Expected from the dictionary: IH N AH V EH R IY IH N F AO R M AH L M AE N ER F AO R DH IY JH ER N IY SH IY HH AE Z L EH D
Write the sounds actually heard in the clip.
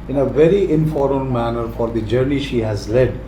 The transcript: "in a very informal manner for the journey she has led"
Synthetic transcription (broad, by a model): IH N AH V EH R IY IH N F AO R AH N M AE N ER F AO R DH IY JH ER N IY SH IY HH AE Z L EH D